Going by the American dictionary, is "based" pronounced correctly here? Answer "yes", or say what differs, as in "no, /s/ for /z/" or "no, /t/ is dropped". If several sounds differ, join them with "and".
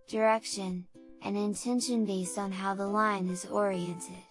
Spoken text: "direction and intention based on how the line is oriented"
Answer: yes